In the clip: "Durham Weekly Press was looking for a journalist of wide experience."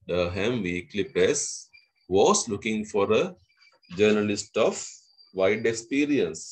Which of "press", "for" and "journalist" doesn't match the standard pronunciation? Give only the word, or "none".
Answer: press